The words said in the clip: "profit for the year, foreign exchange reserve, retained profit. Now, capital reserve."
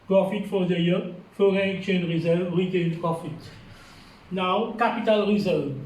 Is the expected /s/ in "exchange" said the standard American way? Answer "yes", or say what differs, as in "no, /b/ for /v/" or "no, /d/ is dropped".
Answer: no, /s/ is dropped